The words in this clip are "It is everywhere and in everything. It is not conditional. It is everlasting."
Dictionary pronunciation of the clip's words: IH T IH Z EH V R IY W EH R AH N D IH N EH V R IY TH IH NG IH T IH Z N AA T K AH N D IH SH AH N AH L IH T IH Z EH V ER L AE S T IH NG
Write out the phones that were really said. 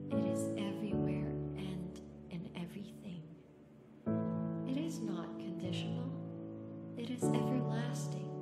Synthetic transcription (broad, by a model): IH T IH Z EH V R IY W EH R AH N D IH N EH V R IY TH IH NG IH T IH Z N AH T K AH N D IH SH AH N L IH T IH Z EH V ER L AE S T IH NG